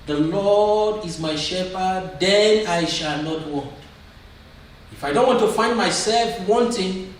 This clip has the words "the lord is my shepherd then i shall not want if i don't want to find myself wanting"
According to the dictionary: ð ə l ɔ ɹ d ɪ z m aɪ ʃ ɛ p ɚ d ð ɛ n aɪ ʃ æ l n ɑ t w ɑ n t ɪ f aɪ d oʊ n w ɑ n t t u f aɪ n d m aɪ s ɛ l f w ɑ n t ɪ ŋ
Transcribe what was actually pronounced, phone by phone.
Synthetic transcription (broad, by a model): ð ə l ɔ d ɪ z m aɪ ʃ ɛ p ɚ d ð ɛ n aɪ ʃ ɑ l n ɑ t w ɑ n t ɪ f aɪ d oʊ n w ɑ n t t u f aɪ n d m aɪ s ɛ l f w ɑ n t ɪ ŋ